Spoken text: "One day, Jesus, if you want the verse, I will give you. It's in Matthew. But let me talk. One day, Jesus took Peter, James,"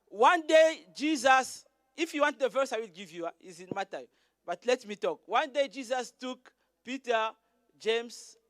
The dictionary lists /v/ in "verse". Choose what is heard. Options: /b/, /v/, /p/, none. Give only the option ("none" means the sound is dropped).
/v/